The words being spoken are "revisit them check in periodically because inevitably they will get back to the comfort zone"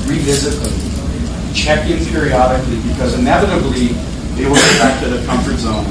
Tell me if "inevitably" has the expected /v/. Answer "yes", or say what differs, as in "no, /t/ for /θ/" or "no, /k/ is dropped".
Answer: yes